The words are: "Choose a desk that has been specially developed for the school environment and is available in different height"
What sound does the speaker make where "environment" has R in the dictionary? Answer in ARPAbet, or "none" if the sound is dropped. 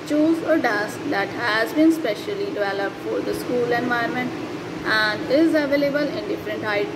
none